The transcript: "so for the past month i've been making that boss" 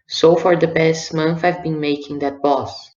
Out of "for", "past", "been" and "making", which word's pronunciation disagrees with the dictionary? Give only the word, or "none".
past